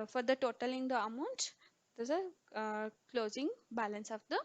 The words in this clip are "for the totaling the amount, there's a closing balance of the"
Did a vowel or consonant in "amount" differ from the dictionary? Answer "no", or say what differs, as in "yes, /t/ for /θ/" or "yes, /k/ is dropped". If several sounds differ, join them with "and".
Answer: no